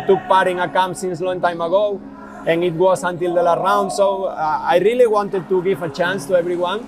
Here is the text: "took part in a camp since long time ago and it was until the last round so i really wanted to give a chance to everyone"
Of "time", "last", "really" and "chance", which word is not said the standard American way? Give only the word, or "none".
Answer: last